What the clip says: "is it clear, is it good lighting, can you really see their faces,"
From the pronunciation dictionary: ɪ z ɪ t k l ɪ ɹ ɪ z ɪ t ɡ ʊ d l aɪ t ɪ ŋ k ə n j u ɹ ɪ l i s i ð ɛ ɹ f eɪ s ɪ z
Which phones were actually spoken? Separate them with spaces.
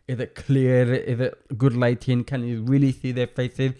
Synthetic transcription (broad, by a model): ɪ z ɪ t k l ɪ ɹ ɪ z ɪ t ɡ ʊ d l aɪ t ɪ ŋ k ə n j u ɹ ɪ l i s i ð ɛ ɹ f eɪ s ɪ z